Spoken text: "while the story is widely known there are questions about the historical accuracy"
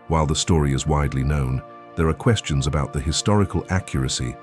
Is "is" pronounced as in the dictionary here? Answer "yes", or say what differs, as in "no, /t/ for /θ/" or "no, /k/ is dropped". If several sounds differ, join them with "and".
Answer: yes